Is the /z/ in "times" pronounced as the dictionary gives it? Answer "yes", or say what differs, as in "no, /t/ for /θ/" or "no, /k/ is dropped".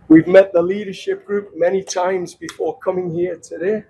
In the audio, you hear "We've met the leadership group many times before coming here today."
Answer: yes